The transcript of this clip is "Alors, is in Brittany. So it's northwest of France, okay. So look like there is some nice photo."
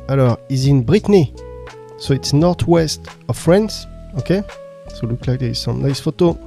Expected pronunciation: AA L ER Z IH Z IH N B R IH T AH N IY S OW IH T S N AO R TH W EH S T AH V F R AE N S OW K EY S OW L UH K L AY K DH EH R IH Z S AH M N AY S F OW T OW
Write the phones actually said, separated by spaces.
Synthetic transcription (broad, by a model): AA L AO IH Z IH N B R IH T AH N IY S OW IH T S N AO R T W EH S T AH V F R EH N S OW K EY S OW L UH K L AY K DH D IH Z S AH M N AY S F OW T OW